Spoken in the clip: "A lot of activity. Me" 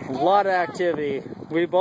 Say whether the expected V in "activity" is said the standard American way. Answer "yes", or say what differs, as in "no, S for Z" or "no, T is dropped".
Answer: yes